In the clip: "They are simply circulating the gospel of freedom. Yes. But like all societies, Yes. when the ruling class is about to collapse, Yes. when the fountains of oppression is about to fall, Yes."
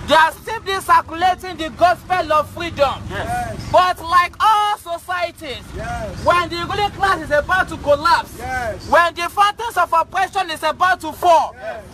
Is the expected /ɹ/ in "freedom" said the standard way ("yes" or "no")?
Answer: yes